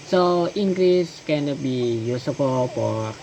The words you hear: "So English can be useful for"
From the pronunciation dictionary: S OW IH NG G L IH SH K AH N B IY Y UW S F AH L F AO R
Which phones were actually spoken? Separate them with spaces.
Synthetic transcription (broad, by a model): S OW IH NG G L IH S K AH N B IY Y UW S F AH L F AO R